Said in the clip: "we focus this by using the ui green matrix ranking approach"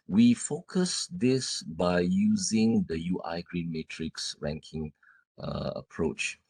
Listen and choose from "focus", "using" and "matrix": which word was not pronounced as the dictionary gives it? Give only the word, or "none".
none